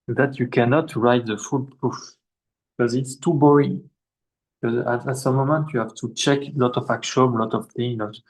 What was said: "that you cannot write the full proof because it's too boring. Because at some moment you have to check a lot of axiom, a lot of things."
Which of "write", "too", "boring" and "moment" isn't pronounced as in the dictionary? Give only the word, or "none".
boring